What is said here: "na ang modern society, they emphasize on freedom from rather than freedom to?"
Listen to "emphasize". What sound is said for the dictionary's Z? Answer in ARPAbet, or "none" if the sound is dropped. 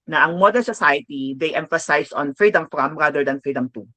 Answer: S